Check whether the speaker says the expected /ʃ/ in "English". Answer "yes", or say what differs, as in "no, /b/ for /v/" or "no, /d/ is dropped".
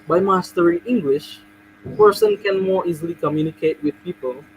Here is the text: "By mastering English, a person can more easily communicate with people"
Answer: yes